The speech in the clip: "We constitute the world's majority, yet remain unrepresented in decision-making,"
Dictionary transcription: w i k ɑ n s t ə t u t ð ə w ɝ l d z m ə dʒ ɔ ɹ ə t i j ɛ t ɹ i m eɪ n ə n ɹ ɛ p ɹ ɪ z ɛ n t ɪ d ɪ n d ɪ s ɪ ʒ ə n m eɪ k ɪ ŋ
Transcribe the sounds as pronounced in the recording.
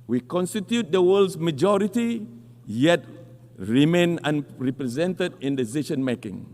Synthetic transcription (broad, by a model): w i k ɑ n s t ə t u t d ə w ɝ l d s m ə dʒ ɔ ɹ ə t i j ɛ t ɹ i m eɪ n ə n ɹ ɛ p ɹ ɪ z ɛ n t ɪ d ɪ n d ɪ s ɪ ʃ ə n m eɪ k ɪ ŋ